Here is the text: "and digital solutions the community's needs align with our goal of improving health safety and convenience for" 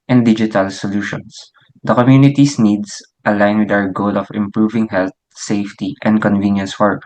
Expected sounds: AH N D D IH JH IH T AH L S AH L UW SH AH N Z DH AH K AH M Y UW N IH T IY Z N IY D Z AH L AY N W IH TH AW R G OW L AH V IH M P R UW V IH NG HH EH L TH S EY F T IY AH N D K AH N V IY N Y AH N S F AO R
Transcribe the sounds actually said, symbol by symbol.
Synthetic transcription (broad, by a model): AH N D D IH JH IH T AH L S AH L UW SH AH N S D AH K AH M Y UW N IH T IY S N IY D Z AH L AY N W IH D AW R G OW L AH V IH M P R UW V IH NG HH EH L T S EY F T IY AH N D K AH N V IY N Y AH N S F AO R